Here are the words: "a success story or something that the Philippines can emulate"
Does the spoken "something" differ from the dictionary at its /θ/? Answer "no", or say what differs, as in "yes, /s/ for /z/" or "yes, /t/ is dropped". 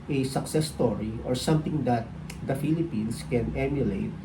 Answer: yes, /t/ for /θ/